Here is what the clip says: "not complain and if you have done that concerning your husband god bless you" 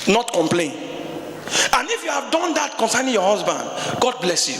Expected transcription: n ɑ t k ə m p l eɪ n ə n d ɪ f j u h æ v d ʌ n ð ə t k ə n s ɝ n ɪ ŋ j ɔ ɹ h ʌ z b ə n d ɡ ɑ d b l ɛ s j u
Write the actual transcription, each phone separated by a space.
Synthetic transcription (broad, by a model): n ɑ t k ə m p l eɪ n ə n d ɪ f j u h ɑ v d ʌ n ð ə t k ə n s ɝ n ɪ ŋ j ɔ h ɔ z b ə n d ɡ ɑ d b l ɛ s j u